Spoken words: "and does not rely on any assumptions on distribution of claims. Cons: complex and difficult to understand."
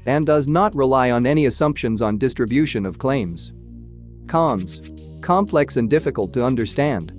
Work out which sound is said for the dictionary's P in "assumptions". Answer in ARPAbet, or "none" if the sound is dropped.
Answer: P